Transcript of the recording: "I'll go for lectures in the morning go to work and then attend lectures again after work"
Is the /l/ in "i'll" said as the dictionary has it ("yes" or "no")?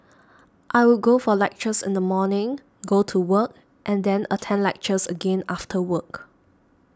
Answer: no